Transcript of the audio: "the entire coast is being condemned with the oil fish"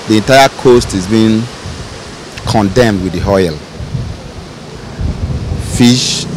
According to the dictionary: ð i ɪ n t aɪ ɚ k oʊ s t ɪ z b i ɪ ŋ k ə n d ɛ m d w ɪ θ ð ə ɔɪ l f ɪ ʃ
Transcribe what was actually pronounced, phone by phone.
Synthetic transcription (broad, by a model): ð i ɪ n t aɪ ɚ k oʊ s t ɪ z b i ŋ k ə n d ɛ m d w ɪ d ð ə ɔɪ l f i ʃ